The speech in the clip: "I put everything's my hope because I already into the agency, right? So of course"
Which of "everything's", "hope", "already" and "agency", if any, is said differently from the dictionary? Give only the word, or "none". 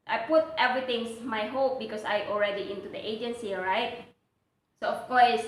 everything's